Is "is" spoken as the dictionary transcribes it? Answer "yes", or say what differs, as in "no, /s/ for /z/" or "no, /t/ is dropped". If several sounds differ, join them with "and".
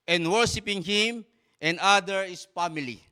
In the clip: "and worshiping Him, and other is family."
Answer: no, /s/ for /z/